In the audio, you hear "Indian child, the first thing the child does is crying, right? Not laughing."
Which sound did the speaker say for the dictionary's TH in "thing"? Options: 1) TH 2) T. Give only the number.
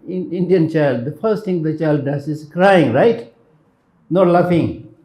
2